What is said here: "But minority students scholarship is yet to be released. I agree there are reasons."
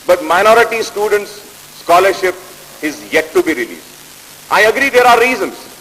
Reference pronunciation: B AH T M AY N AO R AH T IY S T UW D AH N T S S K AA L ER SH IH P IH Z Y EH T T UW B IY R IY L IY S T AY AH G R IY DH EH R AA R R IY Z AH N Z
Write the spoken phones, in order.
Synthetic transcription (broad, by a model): B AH T M AY N AO R AH T IY S T UW D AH N T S S K AA L ER SH IH P IH Z Y EH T T UW B IY R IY L IY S T AY AH G R IY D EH R AA R R IY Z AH N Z